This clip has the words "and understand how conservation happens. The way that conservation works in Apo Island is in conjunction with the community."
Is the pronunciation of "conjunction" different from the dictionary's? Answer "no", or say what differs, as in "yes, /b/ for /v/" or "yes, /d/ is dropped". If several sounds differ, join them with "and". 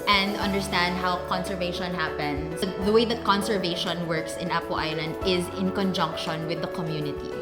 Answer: no